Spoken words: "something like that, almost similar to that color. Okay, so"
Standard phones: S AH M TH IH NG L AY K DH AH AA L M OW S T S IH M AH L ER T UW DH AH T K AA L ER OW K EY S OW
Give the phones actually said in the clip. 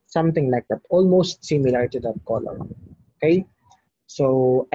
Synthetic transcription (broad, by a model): S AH M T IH NG L AY K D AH AA L M OW S T S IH M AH L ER T UW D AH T K AA L ER OW K EY S OW